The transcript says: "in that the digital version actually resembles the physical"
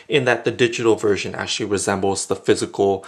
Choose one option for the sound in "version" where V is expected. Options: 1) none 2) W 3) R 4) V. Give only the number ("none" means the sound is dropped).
4